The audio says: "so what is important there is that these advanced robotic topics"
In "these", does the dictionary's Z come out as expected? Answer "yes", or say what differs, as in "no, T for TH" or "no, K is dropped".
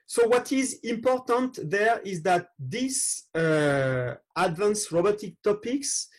no, S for Z